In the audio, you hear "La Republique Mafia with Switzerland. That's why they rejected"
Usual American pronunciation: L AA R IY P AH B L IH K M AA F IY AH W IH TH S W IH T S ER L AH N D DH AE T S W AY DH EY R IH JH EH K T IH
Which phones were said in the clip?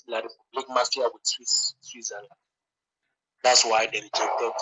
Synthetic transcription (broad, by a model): L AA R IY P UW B L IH K M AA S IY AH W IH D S W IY S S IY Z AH L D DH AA T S W AY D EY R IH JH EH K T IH